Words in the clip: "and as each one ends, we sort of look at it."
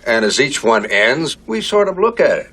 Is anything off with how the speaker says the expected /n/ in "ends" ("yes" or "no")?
no